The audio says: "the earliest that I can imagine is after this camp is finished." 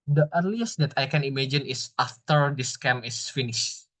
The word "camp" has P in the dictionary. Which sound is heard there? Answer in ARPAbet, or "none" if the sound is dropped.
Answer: none